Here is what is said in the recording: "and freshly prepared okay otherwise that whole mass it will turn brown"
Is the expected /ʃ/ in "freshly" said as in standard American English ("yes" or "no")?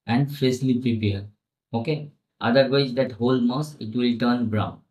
no